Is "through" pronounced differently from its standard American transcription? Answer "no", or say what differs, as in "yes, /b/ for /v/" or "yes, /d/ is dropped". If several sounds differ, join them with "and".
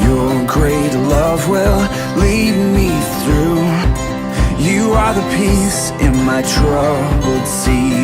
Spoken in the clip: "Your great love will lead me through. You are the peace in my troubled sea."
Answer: no